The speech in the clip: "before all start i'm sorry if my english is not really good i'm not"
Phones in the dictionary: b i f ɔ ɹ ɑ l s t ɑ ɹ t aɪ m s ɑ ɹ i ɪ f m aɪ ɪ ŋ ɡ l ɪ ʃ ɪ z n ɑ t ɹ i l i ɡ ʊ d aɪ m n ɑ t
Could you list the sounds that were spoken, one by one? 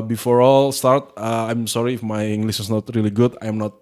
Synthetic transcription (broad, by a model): b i f ɔ ɹ ɑ l s t ɑ ɹ t aɪ m s ɑ ɹ i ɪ f m aɪ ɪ ŋ ɡ l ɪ s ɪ s n ɑ t ɹ i l i ɡ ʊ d aɪ m n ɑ t